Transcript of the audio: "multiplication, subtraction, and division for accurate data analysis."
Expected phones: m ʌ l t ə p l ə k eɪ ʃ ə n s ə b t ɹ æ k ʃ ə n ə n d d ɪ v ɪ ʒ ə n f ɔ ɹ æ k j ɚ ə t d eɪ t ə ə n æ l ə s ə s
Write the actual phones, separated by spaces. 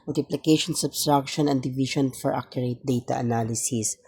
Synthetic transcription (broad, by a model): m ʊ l t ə p l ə k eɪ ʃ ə n s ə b t ɹ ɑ k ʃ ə n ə n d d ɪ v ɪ ʃ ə n f ɔ ɹ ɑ k j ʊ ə t d eɪ t ə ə n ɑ l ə s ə s